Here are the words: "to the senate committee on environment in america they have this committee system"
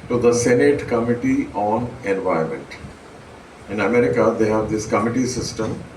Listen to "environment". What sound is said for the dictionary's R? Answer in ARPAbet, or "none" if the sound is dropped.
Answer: none